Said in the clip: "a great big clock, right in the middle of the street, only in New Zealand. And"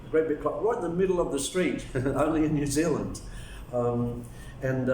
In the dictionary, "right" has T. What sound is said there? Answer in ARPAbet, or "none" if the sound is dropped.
none